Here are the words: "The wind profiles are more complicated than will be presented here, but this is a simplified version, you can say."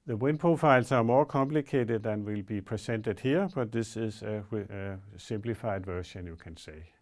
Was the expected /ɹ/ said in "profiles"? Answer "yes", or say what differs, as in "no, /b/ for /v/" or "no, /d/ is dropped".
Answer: no, /ɹ/ is dropped